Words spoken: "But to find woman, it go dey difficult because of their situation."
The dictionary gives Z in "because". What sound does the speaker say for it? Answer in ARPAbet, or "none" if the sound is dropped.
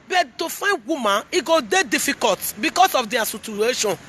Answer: S